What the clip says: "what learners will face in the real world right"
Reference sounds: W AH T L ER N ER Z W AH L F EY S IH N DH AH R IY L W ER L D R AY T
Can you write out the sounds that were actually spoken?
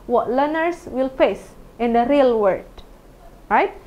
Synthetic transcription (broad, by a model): W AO T L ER N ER S W AH L F EY S IH N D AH R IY L W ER D R AY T